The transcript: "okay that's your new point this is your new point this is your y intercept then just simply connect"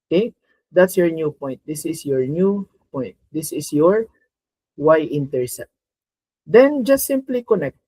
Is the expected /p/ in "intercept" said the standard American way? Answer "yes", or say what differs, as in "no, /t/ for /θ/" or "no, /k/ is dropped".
no, /p/ is dropped